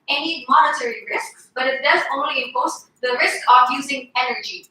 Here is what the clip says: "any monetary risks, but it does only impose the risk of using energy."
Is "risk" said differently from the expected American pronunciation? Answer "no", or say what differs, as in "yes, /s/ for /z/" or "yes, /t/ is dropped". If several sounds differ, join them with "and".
no